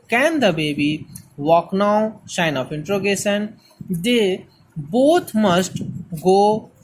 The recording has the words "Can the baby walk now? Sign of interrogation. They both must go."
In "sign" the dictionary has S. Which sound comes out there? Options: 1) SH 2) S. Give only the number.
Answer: 1